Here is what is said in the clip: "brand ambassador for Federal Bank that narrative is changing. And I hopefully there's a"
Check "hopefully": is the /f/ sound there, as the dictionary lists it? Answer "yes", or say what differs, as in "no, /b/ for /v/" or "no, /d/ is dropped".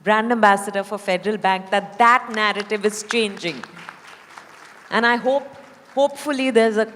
yes